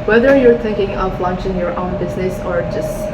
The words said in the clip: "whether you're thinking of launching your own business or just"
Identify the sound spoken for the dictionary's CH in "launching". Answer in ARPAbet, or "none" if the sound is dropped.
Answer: CH